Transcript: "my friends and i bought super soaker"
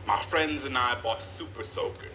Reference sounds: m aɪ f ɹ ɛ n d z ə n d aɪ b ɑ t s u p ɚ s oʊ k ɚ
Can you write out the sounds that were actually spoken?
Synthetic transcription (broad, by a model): m aɪ f ɹ ɛ n d z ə n aɪ b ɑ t s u p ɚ s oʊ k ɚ